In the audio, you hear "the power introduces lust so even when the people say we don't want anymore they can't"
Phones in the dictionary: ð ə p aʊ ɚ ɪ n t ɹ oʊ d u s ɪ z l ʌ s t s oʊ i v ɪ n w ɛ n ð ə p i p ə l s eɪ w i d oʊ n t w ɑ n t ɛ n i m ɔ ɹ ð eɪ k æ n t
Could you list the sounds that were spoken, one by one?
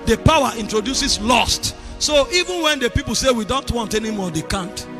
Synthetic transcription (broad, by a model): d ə p aʊ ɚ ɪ n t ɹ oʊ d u s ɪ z l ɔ s t s oʊ i v ɪ n w ɛ n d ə p i p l s eɪ w i d oʊ n t w ɑ n t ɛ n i m ɔ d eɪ k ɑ n t